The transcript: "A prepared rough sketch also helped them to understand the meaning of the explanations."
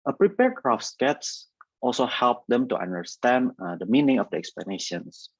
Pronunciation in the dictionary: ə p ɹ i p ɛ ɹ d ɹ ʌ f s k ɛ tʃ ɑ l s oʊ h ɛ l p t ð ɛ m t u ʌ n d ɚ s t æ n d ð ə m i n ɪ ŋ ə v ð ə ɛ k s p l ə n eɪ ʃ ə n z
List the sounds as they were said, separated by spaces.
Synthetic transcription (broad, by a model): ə p ɹ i p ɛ ɹ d ɹ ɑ f s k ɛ s ɑ l s oʊ h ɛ l p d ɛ m t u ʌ n d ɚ s t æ n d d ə m i n ɪ ŋ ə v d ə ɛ k s p l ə n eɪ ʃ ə n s